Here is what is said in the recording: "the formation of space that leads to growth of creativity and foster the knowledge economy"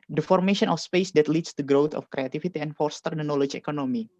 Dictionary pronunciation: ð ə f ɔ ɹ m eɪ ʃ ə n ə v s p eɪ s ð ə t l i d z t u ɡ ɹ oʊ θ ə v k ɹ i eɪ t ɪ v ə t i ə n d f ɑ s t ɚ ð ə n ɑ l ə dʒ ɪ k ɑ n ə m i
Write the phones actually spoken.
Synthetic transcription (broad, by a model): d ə f ɔ ɹ m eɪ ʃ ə n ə f s p eɪ s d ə t l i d s t u ɡ ɹ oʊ t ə f k ɹ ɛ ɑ t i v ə t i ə n f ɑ s t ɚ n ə n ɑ l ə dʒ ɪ k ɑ n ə m i